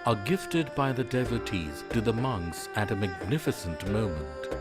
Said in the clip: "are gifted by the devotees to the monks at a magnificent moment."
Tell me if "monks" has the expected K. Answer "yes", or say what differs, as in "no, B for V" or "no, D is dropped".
yes